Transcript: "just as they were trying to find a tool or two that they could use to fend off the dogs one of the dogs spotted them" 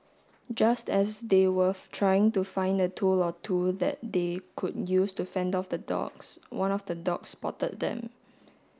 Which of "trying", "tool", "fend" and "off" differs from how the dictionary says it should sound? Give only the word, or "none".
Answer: none